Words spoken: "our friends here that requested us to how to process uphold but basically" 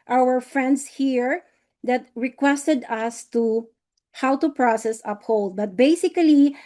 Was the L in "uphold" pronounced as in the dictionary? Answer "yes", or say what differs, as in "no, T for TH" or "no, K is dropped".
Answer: yes